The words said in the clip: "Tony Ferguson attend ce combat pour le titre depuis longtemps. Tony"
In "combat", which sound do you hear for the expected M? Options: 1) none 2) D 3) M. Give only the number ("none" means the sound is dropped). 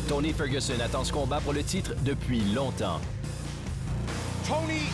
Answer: 1